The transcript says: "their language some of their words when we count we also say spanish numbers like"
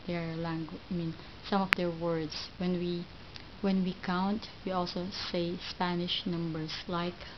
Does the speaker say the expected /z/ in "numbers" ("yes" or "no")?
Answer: no